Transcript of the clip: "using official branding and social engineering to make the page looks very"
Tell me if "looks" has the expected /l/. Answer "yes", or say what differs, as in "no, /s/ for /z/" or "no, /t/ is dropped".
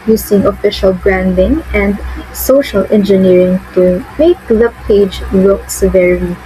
no, /w/ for /l/